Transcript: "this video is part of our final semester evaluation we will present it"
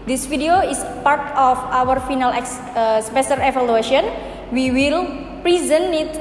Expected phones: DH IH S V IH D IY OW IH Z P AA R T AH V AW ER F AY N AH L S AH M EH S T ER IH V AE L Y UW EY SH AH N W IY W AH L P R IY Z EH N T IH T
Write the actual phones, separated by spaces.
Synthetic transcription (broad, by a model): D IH S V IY D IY OW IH S P AA R T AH F AW ER F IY N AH L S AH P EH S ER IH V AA L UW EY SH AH N W IY W AH L P R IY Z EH N IH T